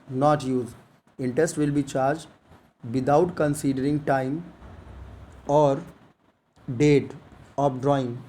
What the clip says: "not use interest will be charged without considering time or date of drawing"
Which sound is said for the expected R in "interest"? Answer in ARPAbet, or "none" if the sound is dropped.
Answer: none